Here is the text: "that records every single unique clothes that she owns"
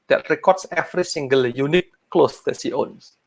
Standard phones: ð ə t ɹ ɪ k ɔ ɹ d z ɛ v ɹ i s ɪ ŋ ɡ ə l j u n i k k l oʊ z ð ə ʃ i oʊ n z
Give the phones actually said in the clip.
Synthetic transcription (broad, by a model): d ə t ɹ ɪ k ɔ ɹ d s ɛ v ɹ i s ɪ ŋ ɡ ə l j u n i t k l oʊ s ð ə s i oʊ n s